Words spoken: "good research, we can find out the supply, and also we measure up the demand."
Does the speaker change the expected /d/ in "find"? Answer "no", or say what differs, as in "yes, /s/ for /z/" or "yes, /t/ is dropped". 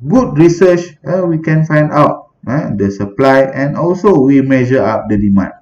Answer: no